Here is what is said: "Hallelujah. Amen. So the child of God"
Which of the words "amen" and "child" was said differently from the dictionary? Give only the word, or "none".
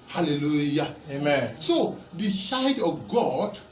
child